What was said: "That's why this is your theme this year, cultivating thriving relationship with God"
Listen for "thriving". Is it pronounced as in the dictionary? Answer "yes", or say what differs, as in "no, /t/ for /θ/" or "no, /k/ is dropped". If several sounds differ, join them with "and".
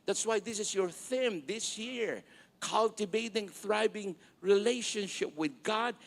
no, /b/ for /v/